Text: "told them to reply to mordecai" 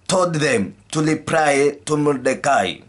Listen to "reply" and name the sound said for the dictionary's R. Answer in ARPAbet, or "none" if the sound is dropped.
L